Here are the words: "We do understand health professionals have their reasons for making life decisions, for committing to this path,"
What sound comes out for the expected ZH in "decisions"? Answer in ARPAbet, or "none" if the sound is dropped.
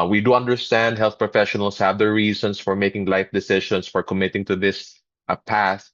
SH